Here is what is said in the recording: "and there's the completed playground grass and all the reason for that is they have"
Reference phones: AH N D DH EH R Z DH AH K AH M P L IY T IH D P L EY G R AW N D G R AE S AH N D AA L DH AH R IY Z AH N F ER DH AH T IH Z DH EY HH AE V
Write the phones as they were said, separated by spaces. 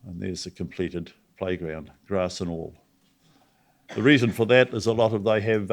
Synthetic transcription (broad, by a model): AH N DH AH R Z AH K AH M P L IY T IH D P L EY G R AW N D G R AE S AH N AA L DH AH R IY Z AH N F ER DH AH T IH Z DH EY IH V